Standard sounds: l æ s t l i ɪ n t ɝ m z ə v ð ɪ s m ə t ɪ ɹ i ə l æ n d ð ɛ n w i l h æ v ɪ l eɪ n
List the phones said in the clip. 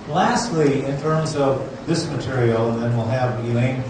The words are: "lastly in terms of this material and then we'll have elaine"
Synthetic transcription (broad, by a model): l æ s t l i ɪ n t ɝ m z ə v ð ɪ s m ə t ɪ ɹ i l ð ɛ n w i l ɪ v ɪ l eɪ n